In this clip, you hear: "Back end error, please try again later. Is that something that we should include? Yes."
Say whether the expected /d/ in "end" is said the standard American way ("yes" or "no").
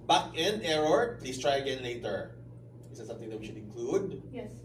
no